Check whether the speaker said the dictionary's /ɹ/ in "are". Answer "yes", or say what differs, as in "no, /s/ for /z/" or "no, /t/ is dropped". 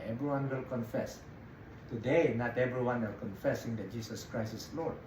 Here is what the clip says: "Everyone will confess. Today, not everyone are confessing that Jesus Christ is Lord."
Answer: no, /l/ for /ɹ/